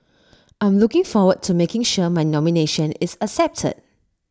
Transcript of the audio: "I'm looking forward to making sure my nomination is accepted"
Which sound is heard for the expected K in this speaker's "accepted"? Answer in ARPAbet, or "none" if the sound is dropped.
none